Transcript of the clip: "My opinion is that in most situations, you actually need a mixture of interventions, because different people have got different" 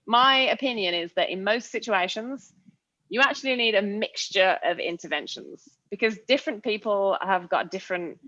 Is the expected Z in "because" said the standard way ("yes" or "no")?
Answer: yes